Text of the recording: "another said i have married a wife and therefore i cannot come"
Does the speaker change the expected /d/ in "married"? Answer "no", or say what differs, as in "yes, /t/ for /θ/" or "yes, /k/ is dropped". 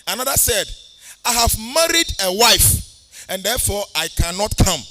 no